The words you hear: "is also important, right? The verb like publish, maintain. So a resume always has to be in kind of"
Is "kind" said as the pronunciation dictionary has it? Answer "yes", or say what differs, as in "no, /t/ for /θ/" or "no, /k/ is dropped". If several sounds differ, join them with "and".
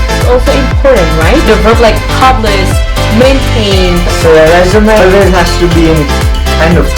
no, /d/ is dropped